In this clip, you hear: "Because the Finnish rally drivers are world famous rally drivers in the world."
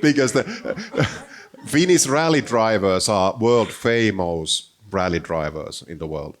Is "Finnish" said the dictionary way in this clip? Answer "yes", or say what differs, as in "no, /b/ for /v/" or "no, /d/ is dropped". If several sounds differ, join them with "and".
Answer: no, /s/ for /ʃ/